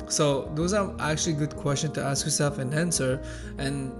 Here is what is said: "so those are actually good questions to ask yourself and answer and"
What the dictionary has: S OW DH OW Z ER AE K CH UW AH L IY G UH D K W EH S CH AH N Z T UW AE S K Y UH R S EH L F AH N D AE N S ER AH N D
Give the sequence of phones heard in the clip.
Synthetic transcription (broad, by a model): S OW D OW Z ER AE K CH UW AH L IY G UH D K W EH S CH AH N T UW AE S K Y UH R S EH L F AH N AE N S ER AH N